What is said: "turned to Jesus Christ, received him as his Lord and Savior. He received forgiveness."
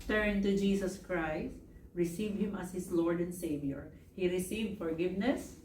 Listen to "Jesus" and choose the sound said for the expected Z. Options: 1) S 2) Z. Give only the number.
1